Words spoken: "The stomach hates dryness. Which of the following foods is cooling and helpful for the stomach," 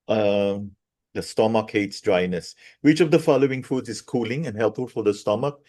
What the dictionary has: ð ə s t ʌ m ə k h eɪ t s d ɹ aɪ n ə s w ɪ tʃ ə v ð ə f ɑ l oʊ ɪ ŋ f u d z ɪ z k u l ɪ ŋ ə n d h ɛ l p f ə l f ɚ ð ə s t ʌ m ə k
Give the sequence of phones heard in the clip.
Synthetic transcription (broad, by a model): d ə s t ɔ m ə k h eɪ t s d ɹ aɪ n ə s w ɪ tʃ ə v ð ə f ɑ l oʊ ɪ ŋ f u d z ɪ s k u l ɪ ŋ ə n h ɛ l p f ə l f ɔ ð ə s t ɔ m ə k